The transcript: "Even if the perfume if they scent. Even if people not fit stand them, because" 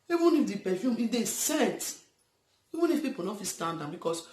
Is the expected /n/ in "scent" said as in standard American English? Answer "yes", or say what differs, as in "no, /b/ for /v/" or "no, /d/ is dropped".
no, /n/ is dropped